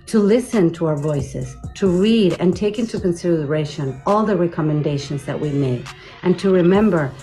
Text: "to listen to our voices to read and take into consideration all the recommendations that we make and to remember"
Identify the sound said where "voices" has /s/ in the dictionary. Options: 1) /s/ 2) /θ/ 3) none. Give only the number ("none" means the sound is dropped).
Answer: 1